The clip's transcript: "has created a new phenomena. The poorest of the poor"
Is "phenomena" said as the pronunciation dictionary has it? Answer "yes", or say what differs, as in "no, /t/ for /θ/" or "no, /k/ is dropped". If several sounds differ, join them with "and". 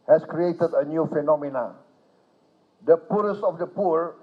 yes